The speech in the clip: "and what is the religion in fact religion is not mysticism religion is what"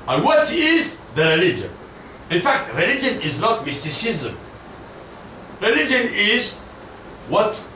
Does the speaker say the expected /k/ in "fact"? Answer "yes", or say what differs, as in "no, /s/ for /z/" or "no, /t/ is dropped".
yes